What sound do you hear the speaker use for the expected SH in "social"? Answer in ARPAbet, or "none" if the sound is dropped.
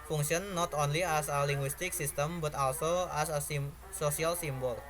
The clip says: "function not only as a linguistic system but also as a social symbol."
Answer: S